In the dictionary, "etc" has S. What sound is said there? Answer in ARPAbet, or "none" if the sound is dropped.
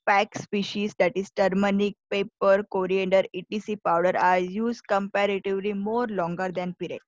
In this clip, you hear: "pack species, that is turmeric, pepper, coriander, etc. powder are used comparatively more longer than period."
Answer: none